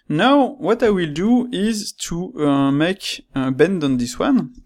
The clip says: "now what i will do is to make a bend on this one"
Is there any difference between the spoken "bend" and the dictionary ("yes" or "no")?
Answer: no